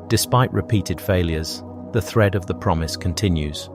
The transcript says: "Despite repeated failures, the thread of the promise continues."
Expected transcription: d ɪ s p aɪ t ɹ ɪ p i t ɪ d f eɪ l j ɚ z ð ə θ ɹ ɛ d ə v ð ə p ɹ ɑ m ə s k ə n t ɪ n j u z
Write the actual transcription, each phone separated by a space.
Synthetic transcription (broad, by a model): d ɪ s p aɪ t ɹ ɪ p i t ɪ d f eɪ l j ɚ z ð ə θ ɹ ɛ d ə v ð ə p ɹ ɑ m ə s k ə n t ɪ n j u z